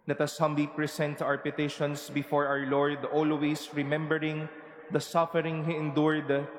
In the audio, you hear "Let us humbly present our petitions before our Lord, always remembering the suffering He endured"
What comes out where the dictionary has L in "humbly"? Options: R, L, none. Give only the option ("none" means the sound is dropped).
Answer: none